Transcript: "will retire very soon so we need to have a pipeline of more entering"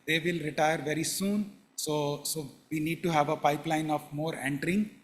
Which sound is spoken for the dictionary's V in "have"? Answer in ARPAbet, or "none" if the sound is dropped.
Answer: V